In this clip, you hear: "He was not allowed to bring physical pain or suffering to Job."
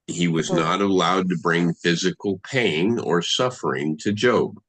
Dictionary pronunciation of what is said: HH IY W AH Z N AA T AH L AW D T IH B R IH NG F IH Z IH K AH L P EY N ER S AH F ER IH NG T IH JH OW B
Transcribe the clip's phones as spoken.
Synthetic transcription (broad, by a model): HH IY W AH Z N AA T AH L AW D T IH B R IH NG F IH Z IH K L P EY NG ER S AH F ER IH NG T IH JH OW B